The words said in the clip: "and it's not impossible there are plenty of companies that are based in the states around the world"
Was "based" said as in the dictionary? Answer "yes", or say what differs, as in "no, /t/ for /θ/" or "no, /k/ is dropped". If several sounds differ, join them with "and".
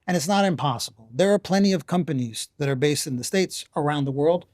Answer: yes